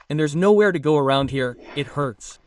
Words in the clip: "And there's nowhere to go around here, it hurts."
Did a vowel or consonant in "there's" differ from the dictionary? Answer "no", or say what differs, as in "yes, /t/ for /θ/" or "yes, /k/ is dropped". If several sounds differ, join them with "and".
no